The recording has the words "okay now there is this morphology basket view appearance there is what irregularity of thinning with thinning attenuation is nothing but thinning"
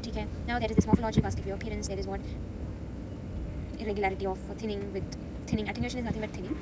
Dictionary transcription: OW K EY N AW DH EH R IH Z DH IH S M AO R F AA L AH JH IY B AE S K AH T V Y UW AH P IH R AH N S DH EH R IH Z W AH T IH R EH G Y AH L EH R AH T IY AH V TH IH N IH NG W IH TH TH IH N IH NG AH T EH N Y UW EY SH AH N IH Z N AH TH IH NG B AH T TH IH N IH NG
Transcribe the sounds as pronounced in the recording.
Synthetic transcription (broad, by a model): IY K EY N AW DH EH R IH Z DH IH S M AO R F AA L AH JH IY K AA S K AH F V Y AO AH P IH R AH N S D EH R IH Z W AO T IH R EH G Y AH L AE R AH T IY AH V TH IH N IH NG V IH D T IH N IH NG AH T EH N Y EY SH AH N IH Z N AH T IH NG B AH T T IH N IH NG